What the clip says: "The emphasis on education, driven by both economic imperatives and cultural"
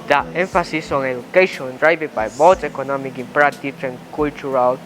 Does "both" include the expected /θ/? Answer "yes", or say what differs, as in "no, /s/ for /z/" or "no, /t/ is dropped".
no, /t/ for /θ/